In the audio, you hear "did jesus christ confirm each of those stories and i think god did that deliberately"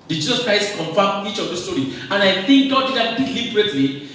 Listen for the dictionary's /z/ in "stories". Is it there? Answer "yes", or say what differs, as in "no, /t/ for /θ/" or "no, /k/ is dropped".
no, /z/ is dropped